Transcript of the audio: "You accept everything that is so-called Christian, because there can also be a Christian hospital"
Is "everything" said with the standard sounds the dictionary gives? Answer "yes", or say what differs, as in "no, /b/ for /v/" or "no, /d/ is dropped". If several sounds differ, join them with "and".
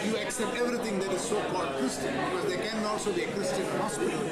no, /t/ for /θ/